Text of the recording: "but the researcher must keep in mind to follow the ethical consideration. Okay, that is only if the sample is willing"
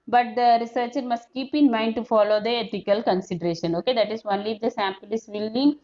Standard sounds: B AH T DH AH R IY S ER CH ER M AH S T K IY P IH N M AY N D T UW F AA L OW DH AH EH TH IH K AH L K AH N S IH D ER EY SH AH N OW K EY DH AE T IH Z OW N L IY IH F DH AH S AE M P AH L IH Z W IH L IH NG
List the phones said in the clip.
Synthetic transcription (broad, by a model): B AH T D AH R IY S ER CH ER M AH S T K IY P IH N M AY N D T UW F AA L OW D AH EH T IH K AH L K AH N S IH D ER EY SH AH N OW K EY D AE T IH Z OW N L IY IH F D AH S AE M P AH L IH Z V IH L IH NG